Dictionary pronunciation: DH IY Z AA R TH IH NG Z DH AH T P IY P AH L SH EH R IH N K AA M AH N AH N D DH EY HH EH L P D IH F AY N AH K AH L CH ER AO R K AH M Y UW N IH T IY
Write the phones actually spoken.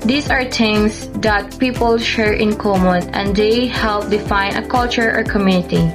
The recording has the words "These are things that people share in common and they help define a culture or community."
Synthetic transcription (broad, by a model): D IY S AA R T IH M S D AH T P IY P AH L SH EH R IH N K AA M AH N AH N D EY HH EH L P D IH F AY N AH K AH L CH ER AO R K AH M Y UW N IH T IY